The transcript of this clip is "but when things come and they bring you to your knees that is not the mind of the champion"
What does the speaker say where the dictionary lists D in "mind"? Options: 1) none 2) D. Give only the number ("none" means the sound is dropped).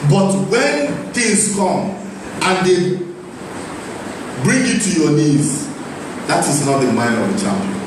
1